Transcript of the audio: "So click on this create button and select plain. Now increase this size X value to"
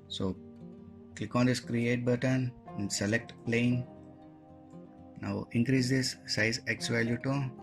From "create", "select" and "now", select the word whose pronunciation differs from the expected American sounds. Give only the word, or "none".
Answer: none